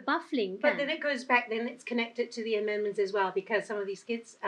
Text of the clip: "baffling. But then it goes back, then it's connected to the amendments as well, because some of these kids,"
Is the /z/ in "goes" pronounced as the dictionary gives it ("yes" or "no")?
yes